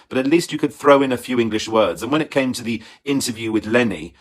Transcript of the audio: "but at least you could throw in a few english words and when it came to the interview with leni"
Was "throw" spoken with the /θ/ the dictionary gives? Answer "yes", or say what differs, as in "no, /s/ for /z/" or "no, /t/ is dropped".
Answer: yes